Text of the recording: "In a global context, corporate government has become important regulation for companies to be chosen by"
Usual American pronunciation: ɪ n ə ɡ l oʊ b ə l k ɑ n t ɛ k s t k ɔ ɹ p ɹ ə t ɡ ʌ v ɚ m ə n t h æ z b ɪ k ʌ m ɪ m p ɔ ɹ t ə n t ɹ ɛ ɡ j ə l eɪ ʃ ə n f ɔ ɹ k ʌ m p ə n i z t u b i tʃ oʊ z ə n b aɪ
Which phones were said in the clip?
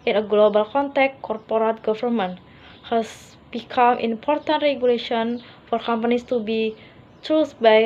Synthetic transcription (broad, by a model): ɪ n ə ɡ l oʊ b ə l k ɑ n t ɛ k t k ɔ ɹ p ɹ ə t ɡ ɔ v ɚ m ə n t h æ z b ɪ k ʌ m ɪ m p ɔ ɹ t ə n t ɹ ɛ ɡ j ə l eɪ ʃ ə n f ɔ ɹ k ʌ m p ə n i s t u b i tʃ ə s b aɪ